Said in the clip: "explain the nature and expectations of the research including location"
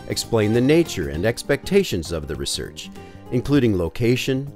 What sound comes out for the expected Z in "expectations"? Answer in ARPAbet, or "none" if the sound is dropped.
Z